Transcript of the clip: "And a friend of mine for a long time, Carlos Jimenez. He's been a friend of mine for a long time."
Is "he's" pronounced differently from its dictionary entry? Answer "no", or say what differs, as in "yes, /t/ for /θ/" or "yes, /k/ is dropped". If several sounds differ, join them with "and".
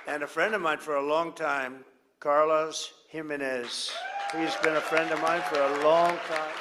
no